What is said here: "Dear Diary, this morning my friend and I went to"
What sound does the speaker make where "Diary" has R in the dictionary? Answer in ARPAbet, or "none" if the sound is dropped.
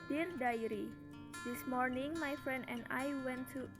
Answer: R